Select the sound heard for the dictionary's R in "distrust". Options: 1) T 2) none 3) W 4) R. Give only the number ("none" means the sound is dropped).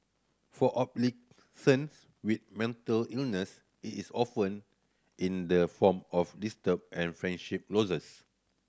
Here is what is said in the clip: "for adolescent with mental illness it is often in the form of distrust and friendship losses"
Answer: 2